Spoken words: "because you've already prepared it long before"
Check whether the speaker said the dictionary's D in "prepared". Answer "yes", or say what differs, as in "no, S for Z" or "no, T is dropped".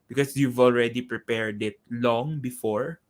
yes